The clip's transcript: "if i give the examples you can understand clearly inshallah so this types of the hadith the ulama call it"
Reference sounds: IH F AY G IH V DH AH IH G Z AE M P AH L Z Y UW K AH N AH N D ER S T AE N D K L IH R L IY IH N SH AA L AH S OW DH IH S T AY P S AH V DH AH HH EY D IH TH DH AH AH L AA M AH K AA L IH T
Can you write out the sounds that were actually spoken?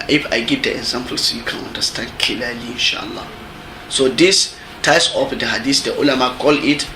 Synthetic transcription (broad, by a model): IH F AY G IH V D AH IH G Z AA M P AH L S Y UW K AH N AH N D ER S T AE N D K L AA L IY IH N SH AA L AH S OW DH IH S T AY S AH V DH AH HH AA D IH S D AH AH L AA M AH K AA L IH T